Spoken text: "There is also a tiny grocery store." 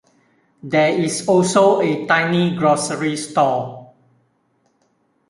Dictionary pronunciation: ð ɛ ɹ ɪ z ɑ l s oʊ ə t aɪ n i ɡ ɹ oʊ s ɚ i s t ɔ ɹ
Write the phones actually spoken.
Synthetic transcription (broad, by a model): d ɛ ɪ s ɑ l s oʊ ə t aɪ n i ɡ ɹ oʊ s ɚ i s t ɔ